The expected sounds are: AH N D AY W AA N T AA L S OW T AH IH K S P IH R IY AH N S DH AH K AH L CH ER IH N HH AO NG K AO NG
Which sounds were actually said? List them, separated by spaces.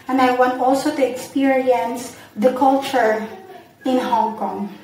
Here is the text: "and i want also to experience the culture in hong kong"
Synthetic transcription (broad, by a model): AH N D AY W AA N T AA L S OW T AH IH K S P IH R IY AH N S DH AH K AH L CH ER IH N HH AO NG K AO NG